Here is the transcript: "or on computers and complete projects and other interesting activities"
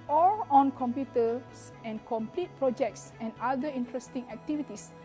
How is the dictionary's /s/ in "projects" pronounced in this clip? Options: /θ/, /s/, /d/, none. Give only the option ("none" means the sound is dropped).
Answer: /s/